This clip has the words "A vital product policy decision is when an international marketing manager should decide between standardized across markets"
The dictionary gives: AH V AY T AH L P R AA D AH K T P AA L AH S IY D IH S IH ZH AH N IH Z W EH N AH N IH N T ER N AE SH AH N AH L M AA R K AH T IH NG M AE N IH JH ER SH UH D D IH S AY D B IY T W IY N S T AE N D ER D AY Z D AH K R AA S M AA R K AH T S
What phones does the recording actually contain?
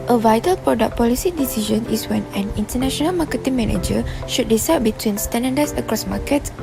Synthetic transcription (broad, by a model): AH V AY T AH L P R AA D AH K P AA L AH S IY D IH S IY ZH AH N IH S W EH N AH N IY N T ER N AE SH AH N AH L M AA K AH T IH NG M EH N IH JH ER SH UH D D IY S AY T B IY T W IY N S T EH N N D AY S AH K R AA S M AA K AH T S